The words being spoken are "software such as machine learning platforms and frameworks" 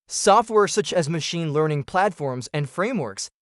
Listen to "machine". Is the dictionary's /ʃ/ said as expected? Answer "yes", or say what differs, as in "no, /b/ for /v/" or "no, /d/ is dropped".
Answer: yes